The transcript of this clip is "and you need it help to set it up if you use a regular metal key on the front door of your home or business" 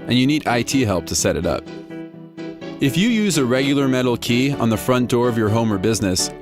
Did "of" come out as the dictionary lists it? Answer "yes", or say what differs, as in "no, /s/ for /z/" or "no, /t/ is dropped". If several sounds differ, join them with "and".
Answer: yes